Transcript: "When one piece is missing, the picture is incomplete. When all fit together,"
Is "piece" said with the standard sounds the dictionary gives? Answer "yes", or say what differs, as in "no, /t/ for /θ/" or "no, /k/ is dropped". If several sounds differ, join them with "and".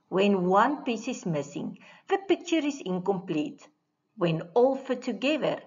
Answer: yes